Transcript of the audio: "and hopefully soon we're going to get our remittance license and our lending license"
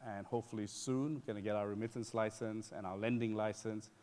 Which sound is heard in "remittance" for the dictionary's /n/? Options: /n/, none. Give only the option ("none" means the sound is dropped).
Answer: /n/